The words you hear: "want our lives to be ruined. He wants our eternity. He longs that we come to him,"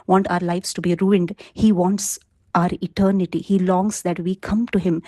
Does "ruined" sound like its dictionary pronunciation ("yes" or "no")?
yes